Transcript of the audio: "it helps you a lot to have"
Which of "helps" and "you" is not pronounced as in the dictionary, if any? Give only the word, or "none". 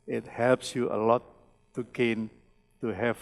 none